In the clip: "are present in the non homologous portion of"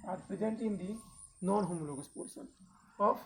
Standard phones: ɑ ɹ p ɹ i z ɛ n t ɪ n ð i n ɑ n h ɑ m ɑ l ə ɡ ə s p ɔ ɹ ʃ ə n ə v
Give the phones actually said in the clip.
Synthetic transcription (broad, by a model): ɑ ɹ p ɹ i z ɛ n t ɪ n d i n ɑ n h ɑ m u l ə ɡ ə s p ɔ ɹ s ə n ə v